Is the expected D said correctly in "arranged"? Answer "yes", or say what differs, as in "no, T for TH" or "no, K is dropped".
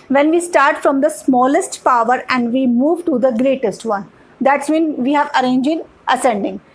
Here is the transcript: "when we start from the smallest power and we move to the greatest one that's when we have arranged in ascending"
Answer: no, D is dropped